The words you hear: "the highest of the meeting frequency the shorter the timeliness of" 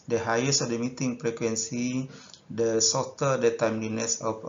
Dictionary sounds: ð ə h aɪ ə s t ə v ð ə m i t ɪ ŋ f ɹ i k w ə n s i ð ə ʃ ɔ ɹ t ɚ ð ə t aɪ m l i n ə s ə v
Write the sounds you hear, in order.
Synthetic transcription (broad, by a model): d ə h aɪ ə s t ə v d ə m i t ɪ ŋ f ɹ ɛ k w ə n s i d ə s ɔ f t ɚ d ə t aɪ m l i n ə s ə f